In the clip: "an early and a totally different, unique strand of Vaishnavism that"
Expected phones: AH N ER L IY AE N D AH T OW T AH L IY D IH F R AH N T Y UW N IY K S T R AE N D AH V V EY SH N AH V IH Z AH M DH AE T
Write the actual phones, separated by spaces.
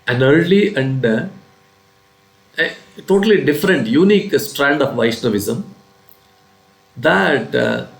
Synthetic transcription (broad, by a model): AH N ER L IY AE N D T OW T AH L IY D IH F R AH N T Y UW N IY K S T R AE N D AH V V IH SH N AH V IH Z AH M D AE T